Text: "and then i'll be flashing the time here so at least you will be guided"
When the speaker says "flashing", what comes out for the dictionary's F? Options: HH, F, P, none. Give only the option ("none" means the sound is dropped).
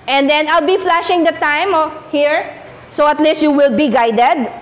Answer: F